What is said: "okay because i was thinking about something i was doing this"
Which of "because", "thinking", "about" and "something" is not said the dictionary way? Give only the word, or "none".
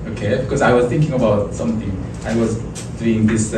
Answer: none